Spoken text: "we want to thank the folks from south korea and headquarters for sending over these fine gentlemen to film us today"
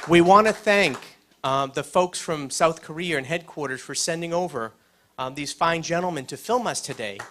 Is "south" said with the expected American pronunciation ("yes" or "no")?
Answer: yes